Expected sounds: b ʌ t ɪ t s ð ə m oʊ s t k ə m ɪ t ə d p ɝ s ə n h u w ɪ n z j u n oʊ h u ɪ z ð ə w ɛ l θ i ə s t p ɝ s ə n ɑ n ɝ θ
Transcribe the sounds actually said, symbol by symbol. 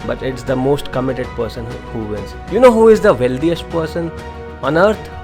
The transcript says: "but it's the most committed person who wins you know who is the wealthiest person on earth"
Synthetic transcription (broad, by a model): b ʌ t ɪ t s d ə m oʊ s t k ə m ɪ t ə d p ɝ s ə n h u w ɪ l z j u n oʊ h u ɪ z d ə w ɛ l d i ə s t p ɝ s ə n ɑ n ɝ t